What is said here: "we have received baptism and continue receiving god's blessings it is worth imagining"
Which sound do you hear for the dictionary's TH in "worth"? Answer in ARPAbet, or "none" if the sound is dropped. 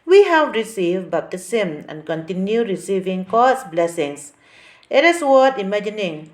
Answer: T